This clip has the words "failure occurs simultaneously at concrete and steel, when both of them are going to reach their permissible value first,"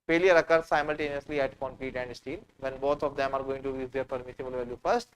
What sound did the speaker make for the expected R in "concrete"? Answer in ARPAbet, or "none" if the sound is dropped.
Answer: none